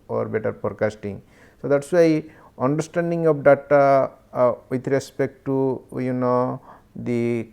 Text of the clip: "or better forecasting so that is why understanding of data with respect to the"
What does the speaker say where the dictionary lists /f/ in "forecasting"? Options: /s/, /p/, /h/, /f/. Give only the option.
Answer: /p/